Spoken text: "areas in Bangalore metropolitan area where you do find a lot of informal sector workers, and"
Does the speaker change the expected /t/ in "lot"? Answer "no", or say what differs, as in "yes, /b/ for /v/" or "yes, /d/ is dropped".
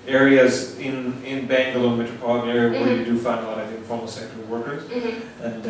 yes, /t/ is dropped